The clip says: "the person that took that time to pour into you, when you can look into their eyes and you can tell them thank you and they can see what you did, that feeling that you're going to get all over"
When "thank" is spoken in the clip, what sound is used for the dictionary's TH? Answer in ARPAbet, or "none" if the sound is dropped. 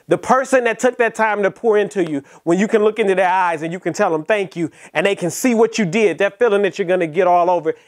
TH